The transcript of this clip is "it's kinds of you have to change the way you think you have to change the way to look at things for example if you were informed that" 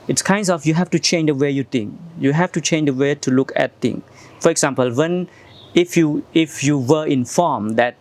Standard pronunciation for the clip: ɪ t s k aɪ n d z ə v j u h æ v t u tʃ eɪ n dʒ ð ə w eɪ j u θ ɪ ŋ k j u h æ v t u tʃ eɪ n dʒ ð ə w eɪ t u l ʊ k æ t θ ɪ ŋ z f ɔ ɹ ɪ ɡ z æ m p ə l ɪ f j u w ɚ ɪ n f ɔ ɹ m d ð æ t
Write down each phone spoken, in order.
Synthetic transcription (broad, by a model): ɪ t s k aɪ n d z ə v j u h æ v t u tʃ eɪ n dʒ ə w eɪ j u t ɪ ŋ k j u h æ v t u tʃ eɪ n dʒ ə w eɪ t u l ʊ k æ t t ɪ ŋ f ɔ ɹ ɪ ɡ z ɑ m p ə l ɪ f j u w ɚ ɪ n f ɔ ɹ m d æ t